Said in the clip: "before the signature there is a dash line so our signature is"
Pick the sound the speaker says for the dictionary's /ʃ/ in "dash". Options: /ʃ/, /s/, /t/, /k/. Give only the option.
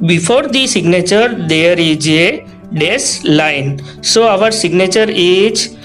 /s/